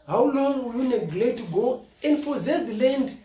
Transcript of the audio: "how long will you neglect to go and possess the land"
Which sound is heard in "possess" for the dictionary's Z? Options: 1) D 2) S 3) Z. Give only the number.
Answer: 3